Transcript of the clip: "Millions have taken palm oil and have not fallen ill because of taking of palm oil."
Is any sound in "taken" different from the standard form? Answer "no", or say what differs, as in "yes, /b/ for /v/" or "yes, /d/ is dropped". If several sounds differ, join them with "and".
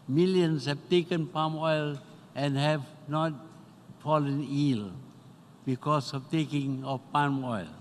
no